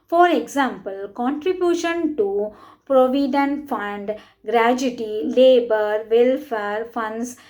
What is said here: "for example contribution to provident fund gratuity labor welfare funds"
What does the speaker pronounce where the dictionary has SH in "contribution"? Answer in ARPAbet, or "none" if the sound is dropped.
SH